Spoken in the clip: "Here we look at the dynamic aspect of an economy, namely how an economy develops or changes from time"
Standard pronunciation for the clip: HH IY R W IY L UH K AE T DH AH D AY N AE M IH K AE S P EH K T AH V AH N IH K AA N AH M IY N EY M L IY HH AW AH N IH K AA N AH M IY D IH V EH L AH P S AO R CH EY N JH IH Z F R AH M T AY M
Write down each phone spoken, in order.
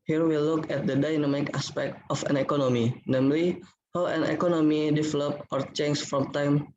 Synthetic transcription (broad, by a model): HH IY R W IY L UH K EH T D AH D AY N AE M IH K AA S P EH K T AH F AH N IH K AA N AH M IY N EY M L IY HH AW AH N IH K AA N AH M IY D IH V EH L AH P AO R CH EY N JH F R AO M T AY M